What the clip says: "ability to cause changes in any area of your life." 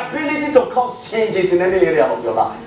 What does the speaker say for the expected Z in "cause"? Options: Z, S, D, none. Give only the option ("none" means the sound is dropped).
S